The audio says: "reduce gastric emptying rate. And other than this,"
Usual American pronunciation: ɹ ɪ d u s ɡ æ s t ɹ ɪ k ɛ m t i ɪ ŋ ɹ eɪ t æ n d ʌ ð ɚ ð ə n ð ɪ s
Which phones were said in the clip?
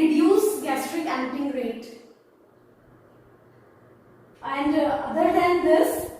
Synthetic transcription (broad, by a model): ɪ d u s ɡ æ s t ɹ ɪ k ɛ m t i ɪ ŋ ɹ eɪ t æ n d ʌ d ɚ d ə n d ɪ s